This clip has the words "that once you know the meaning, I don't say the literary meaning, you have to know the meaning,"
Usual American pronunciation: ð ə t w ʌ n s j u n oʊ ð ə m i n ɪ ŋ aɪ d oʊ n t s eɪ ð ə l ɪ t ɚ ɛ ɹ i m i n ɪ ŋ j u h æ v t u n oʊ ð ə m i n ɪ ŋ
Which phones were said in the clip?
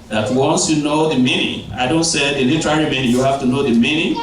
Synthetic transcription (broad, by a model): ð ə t w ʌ n s j u n oʊ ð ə m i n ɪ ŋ aɪ d oʊ n t s eɪ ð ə l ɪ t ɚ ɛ ɹ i m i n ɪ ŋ j u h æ f t u n oʊ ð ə m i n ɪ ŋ